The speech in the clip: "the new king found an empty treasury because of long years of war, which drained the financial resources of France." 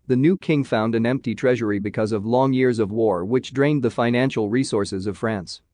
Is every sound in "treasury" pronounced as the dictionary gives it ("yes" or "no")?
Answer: yes